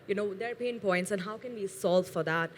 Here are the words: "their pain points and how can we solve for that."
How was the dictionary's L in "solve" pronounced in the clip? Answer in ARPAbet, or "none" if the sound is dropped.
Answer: L